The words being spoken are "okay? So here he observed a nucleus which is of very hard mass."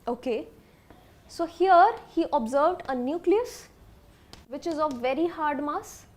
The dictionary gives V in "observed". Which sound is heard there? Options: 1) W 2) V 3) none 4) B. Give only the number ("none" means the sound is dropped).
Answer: 2